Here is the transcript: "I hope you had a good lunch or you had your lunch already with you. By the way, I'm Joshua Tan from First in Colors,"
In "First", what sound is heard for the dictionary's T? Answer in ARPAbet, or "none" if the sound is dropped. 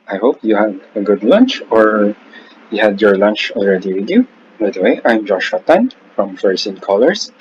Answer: none